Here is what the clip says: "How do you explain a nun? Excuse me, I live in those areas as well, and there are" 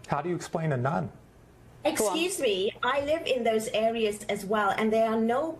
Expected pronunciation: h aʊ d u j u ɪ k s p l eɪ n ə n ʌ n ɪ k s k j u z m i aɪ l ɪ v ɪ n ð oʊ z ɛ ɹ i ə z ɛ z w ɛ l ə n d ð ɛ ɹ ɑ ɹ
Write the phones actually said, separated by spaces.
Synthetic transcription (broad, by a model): h aʊ d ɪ j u ɪ k s p l eɪ n ə n ʌ n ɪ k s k j u z m i aɪ l ɪ v ɪ n ð oʊ z ɛ ɹ i ə z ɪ z w ɛ l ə n ð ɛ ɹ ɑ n